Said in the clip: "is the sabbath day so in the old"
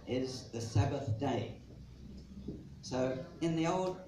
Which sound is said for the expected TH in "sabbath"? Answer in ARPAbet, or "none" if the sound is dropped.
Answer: TH